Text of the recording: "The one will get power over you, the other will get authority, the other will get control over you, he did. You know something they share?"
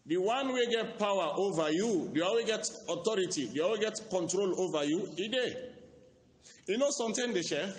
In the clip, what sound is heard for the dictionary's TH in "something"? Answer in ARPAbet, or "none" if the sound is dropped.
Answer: T